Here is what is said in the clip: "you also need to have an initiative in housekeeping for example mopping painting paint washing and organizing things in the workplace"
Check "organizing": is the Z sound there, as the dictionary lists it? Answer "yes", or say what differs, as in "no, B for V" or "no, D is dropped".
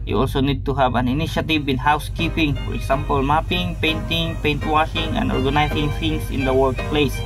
no, S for Z